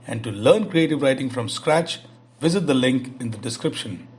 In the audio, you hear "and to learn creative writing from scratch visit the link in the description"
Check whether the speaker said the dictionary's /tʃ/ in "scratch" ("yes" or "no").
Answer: yes